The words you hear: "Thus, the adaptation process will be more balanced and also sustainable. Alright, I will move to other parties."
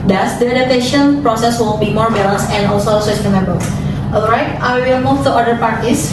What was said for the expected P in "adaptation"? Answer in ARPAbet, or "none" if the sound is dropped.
none